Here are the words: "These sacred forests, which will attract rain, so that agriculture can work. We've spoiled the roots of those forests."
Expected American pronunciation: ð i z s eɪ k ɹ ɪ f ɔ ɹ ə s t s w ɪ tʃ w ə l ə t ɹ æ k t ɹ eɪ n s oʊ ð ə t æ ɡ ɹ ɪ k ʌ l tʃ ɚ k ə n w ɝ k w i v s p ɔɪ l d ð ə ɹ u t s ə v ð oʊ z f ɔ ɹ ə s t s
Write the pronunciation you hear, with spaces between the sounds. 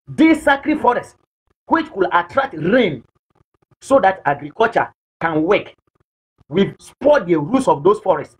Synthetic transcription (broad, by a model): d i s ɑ k ɹ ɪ f ɔ ɹ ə s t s w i tʃ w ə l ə t ɹ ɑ k t ɹ eɪ n s oʊ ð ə t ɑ ɡ ɹ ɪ k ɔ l tʃ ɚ k ə n w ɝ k w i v s p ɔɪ d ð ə ɹ u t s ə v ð oʊ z f ɔ ɹ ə s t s